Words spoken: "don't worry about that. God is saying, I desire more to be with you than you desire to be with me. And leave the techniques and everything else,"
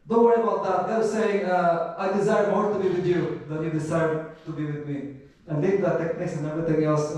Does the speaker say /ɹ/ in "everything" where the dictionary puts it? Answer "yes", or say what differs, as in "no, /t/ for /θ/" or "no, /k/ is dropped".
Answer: no, /ɹ/ is dropped